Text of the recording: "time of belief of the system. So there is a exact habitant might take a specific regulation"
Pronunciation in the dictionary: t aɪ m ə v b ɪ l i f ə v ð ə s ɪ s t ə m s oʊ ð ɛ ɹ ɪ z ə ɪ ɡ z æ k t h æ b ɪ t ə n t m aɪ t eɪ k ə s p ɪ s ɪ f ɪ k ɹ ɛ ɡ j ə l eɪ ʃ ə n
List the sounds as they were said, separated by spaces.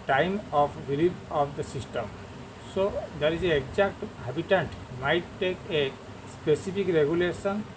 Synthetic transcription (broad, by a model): t aɪ m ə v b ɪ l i p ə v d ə s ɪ s t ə m s oʊ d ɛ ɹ ɪ z ə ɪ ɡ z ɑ k t h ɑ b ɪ t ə n t m aɪ t eɪ k ə s p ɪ s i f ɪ k ɹ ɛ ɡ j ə l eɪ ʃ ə n